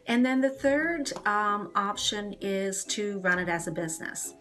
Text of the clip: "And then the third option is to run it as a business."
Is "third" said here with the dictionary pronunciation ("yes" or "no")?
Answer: yes